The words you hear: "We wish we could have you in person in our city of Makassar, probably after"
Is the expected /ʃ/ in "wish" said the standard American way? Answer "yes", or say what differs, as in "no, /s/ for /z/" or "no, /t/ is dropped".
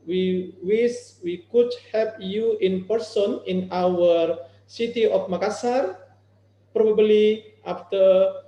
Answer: no, /s/ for /ʃ/